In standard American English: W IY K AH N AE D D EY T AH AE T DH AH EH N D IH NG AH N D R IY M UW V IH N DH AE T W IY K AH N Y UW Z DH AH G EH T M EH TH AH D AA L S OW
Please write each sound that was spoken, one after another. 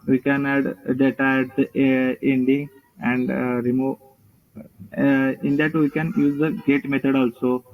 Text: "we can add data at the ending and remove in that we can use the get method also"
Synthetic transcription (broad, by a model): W IY K AH N AE D D EY T AH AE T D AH EH N D IH NG AH N D R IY M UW IH N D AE T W IY K AH N Y UW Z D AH G EH T M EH T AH D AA L S OW